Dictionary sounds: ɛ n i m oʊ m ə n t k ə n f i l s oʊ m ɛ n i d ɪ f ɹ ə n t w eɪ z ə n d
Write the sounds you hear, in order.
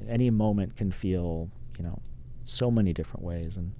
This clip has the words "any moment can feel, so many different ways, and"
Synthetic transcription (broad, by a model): ɛ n i m oʊ m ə n k ə n f i l s oʊ m ɛ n i d ɪ f ɹ ə n t w eɪ z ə n